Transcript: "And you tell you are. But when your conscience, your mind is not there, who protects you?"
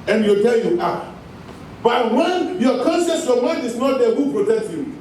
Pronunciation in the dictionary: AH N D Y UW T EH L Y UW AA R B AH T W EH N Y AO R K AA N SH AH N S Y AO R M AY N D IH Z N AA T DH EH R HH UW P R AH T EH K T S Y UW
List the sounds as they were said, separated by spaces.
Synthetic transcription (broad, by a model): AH N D Y UW T EH L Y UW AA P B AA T W EH N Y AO K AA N S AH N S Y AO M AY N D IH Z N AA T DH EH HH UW P R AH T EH K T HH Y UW